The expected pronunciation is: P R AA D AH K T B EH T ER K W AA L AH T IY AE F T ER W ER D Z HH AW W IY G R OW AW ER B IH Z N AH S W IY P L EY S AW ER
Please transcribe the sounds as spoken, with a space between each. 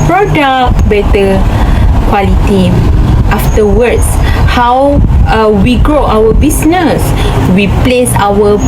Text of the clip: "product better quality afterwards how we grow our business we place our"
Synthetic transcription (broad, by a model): P R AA D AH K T B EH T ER K W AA L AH T IY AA F T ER W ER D S HH AW W IY G R OW AW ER B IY S N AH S W IY P L EY S AW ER